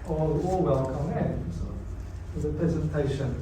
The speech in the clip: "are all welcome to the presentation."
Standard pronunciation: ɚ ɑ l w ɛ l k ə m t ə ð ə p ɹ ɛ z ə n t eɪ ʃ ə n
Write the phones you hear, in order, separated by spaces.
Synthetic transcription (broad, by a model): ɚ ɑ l w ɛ l k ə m s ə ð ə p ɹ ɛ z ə n t eɪ ʃ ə n